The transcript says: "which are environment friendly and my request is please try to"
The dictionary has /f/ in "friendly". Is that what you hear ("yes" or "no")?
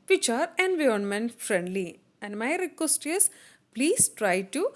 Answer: yes